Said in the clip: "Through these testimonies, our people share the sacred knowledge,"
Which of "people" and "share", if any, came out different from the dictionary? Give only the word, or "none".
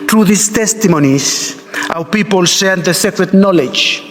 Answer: share